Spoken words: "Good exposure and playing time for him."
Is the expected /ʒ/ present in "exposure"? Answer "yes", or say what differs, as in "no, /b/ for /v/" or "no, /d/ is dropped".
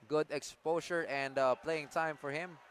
no, /ʃ/ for /ʒ/